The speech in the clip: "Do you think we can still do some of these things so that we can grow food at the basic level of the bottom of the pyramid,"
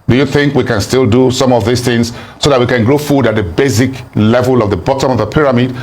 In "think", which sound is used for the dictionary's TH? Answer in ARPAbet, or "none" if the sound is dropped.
TH